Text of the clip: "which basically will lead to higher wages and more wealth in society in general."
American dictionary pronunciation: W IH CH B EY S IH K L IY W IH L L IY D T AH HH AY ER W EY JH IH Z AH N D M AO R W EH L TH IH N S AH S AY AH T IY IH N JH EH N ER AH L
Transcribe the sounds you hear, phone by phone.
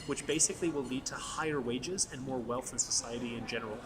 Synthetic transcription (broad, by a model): W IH CH B EY S IH K L IY W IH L L IY D T AH HH AY ER W EY JH IH Z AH N M AO R W EH L TH IH N S AH S AY AH T IY IH N JH EH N ER L